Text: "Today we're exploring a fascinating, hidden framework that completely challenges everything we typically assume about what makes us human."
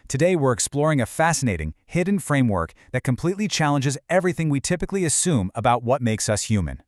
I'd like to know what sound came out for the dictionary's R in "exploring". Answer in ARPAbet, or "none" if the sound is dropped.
R